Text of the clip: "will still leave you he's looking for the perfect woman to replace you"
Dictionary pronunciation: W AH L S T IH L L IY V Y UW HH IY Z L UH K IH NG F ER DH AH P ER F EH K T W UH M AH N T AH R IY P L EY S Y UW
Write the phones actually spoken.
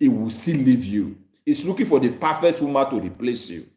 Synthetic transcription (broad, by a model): W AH S T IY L L IY V Y UW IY S L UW K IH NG F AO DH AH P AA F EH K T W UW M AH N T AH R IY P L EY S Y UW